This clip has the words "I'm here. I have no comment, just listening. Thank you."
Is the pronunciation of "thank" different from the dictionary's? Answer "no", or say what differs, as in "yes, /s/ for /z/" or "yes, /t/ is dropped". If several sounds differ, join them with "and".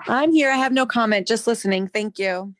no